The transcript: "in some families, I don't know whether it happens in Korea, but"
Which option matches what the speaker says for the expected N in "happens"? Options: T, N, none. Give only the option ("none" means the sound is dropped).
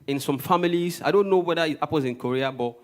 none